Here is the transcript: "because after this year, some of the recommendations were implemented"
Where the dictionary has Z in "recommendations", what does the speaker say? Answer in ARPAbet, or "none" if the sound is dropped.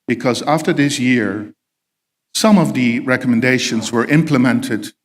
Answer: Z